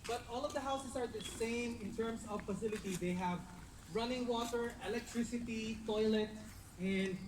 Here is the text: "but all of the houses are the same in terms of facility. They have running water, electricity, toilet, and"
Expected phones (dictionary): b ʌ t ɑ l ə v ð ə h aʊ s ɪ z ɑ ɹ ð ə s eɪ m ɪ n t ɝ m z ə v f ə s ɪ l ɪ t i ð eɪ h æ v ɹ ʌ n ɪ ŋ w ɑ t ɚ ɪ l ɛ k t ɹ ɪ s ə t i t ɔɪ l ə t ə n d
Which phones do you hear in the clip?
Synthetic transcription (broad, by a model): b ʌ t ɑ l ə v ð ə h aʊ s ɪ s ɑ ɹ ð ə s eɪ m ɪ n t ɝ m s ə v f ə s ɪ l ɪ t i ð eɪ h æ v ɹ ʌ n ɪ ŋ w ɑ t ɚ ɪ l ɛ k t ɹ ɪ s ə t i t ɔɪ l ə t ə n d